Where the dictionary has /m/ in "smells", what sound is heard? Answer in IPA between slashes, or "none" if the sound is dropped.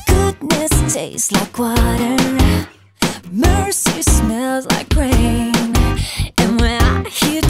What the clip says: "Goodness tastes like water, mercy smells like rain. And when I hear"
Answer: /m/